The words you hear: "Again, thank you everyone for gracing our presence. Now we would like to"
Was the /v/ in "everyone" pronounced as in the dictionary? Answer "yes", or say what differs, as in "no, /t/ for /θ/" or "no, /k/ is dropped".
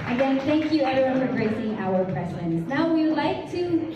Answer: no, /v/ is dropped